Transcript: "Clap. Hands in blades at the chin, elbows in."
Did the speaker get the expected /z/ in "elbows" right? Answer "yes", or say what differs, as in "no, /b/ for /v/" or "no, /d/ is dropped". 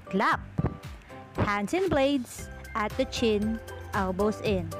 no, /s/ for /z/